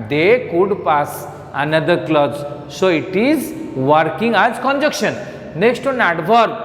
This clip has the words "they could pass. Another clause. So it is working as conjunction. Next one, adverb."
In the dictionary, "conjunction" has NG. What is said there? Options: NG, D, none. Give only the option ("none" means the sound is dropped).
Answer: none